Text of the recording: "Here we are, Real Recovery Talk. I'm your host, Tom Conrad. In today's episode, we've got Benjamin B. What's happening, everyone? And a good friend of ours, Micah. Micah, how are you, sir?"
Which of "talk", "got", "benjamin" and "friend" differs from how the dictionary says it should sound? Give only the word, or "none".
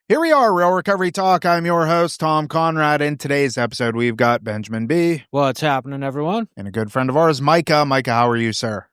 none